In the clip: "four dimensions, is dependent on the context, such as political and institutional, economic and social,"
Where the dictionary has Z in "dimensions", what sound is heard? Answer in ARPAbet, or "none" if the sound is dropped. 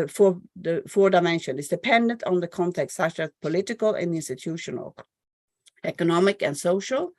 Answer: none